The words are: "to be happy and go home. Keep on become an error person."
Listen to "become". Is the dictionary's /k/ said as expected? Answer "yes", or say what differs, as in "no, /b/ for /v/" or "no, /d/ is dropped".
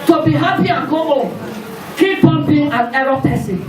no, /k/ is dropped